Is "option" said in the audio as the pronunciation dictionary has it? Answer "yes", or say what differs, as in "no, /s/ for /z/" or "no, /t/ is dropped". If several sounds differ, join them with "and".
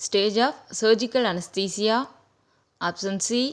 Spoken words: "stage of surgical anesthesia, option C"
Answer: no, /s/ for /ʃ/